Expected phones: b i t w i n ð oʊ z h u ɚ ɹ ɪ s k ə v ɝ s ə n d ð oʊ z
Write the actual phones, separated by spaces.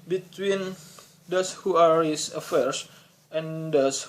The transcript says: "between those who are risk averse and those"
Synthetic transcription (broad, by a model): b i t w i n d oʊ s h u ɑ ɹ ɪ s ə f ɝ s ə n d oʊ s